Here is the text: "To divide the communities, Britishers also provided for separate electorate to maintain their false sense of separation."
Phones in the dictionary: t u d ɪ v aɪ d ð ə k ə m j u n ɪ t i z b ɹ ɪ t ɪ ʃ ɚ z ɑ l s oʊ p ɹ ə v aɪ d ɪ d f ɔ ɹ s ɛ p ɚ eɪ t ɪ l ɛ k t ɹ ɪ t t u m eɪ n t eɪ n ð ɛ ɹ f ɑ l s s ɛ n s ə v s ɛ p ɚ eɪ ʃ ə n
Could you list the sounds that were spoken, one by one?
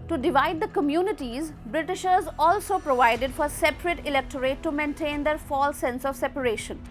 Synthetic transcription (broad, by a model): t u d ɪ v aɪ d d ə k ə m j u n ɪ t i z b ɹ ɪ t ɪ ʃ ɚ z ɑ l s oʊ p ɹ ə v aɪ d ɪ d f ɔ ɹ s ɛ p ɚ eɪ t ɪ l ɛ k t ɹ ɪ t t u m eɪ n t eɪ n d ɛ ɹ f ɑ l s s ɛ n s ə v s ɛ p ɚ eɪ ʃ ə n